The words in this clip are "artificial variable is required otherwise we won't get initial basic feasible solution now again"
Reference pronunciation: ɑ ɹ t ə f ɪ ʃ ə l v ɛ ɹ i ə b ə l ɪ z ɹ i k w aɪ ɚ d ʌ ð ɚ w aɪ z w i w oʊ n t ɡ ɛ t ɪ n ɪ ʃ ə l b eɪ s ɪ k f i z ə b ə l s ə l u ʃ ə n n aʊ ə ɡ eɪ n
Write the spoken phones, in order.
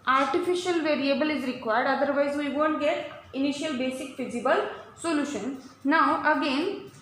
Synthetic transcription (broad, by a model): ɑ ɹ t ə f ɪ ʃ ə l v ɛ ɹ i ə b ə l ɪ z ɹ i k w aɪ d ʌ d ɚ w aɪ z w i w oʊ n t ɡ ɛ t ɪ n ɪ ʃ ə l b eɪ s ɪ k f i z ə b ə l s ə l u ʃ ə n n aʊ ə ɡ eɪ n